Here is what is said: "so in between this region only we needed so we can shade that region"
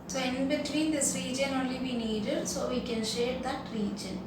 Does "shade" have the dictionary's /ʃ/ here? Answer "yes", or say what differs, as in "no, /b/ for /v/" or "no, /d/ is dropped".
yes